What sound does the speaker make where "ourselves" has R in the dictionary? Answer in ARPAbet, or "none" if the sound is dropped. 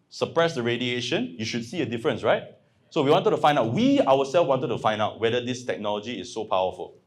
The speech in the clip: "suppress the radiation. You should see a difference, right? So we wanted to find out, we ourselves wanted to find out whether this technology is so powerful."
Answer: W